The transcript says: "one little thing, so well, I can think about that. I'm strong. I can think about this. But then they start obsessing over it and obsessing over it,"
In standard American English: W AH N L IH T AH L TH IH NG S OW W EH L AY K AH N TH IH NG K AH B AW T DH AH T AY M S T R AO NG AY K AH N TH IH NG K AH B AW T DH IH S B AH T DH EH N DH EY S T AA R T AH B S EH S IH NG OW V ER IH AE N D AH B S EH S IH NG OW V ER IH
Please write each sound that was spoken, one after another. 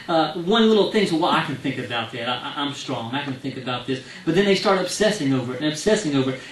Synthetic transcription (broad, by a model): W AH N L IH T L TH IH NG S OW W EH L AY K AH N TH IH NG K AH B AW T DH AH T AY M S T R AO NG AY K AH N TH IH NG K AH B AW T DH IH S B AH T DH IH N DH EY S T AA R T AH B S EH S IH NG OW V ER IH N AH B S EH S IH NG OW V ER